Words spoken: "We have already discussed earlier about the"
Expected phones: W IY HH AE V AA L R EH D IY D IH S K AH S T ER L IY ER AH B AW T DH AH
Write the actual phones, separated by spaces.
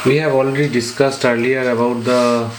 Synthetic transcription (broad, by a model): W IY HH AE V AA L R EH D IY D IH S K AH S T ER L IY ER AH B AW T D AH